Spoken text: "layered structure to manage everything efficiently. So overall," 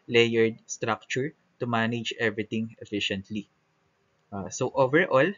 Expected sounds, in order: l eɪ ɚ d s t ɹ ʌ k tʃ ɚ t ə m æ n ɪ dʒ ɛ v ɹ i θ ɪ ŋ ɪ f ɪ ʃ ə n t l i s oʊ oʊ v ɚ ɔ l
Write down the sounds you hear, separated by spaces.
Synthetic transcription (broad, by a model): l eɪ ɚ d s t ɹ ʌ k tʃ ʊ t ə m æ n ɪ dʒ ɛ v ɹ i t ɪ ŋ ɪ f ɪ ʃ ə n t l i s oʊ oʊ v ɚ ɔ l